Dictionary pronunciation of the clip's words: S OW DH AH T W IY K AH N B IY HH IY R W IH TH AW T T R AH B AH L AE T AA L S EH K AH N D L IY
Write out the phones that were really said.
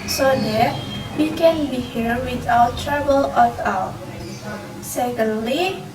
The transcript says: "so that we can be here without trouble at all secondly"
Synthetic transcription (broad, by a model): S OW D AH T W IY K AH N B IY HH IY R W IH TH AW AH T R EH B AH L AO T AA W S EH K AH N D L IY